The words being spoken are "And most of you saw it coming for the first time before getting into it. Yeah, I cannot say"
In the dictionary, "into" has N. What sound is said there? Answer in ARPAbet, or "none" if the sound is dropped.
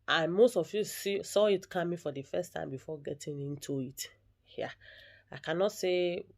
N